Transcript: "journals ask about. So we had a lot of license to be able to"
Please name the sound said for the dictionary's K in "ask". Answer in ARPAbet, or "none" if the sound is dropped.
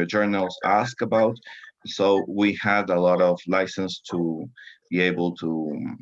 K